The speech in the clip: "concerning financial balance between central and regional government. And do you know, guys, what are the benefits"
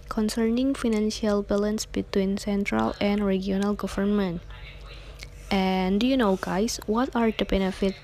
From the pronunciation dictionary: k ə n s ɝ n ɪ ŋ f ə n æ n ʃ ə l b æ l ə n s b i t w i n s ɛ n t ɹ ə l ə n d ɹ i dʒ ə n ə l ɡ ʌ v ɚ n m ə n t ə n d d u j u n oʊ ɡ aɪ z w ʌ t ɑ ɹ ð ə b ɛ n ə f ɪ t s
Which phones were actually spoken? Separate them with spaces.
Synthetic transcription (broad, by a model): k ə n s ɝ n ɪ ŋ f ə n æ n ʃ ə l b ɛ l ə n s b i t w i n s ɛ n t ɹ ə l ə n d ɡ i ə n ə l ɡ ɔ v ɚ n m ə n t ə n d d u j u n oʊ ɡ aɪ s w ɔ t ɑ ɹ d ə b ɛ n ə f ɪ t